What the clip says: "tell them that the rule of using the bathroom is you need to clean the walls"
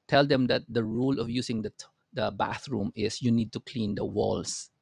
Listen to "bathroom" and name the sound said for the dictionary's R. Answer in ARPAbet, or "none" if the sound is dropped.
R